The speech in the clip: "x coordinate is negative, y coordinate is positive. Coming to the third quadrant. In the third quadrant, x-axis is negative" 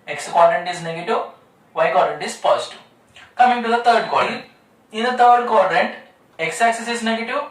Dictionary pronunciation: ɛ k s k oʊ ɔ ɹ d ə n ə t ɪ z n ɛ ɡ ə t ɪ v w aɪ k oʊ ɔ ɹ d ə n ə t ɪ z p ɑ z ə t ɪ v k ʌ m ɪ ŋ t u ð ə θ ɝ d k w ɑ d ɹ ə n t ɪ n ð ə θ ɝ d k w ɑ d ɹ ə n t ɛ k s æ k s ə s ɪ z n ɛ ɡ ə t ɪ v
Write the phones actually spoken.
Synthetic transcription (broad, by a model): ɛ k s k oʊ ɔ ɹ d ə n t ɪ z n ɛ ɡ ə t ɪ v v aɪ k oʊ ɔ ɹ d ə n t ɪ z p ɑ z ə t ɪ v k ʌ m ɪ ŋ t u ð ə t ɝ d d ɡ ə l ɪ n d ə t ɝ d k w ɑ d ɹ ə n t ɛ k s æ k s ə s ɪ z n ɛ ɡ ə t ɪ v